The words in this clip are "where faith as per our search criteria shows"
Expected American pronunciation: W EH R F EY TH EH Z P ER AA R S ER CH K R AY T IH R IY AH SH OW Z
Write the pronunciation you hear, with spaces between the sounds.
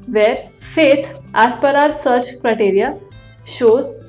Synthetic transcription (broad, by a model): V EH R F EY T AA S P ER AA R S ER CH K R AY T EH R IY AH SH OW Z